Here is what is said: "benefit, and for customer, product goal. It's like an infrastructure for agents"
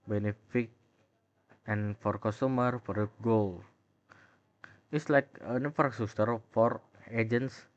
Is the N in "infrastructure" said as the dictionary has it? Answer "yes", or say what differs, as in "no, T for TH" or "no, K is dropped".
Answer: no, N is dropped